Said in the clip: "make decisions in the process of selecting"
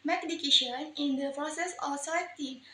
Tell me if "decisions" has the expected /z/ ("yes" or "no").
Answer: no